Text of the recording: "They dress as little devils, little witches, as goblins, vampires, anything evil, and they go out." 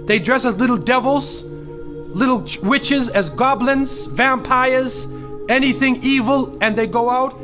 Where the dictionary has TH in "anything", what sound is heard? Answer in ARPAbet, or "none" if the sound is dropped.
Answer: TH